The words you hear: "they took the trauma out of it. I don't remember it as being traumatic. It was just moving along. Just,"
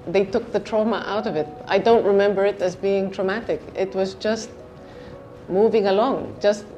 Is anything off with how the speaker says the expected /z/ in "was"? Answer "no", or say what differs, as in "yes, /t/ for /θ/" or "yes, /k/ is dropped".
no